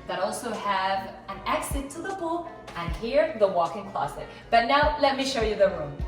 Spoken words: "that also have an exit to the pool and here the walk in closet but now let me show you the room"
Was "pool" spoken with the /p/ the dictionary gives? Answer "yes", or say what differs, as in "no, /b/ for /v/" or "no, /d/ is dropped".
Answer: no, /b/ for /p/